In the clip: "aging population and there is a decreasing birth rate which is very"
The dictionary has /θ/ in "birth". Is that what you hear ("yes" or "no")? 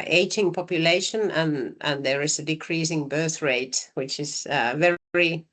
yes